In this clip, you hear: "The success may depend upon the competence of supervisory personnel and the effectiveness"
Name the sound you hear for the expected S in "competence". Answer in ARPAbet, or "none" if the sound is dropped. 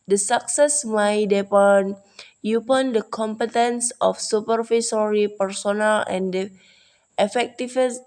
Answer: S